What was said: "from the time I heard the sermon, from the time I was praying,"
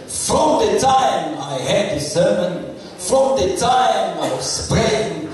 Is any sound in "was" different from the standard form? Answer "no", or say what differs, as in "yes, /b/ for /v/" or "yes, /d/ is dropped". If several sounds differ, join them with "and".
yes, /s/ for /z/